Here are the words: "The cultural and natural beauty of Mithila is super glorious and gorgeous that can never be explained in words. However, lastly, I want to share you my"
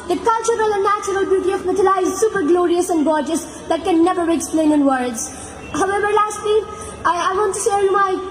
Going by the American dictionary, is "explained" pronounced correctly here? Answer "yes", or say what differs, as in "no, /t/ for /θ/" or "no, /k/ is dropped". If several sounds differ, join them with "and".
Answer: no, /d/ is dropped